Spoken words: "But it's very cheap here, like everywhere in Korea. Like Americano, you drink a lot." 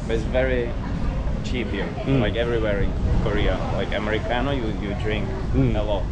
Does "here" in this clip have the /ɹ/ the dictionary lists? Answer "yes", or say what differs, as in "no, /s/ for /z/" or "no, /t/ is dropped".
no, /l/ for /ɹ/